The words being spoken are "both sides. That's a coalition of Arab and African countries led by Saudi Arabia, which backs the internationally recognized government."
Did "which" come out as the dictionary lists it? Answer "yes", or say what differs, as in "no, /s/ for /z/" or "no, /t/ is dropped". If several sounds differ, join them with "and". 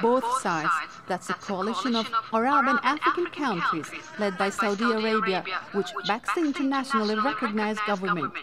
yes